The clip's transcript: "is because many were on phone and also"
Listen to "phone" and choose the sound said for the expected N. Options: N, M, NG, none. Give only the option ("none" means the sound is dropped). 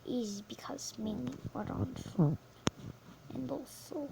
none